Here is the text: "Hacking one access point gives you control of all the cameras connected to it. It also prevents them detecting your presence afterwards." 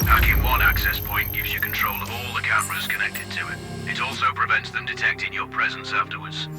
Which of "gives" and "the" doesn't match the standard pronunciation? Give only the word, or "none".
none